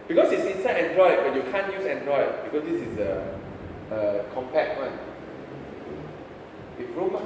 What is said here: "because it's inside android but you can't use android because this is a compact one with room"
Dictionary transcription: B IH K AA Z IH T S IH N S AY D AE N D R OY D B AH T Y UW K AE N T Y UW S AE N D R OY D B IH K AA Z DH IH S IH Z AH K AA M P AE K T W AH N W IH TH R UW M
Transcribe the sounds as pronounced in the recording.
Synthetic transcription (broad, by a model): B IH K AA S IH T S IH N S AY EH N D R OY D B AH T Y UW K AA N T Y UW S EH N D R OY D B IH K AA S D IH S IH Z AH K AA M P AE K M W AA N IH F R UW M